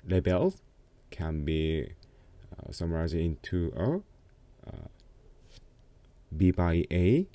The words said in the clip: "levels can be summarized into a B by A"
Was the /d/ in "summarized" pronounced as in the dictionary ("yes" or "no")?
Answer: no